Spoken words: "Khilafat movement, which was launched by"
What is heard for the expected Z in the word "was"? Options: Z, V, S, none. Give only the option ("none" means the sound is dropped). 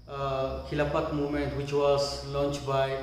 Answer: S